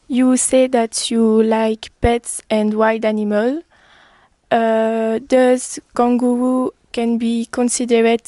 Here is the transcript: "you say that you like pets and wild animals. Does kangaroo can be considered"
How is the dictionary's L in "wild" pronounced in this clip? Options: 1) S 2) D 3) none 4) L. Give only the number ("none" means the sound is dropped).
3